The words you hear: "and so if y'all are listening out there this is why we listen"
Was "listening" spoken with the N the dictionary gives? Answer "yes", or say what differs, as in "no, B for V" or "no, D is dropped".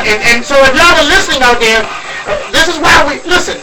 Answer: yes